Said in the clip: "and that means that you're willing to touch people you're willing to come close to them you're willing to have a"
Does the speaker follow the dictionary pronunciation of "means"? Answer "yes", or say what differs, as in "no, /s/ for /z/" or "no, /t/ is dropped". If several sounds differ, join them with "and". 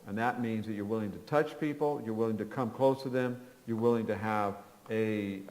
yes